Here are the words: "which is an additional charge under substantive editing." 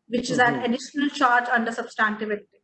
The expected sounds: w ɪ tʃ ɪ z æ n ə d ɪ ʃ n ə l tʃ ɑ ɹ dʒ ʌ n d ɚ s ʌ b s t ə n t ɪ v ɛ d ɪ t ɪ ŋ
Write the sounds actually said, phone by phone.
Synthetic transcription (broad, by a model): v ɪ tʃ ɪ z æ n ə d ɪ ʃ n ə l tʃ ɑ ɹ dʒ ʌ n d ɚ s ʌ b s t ə n t ɪ v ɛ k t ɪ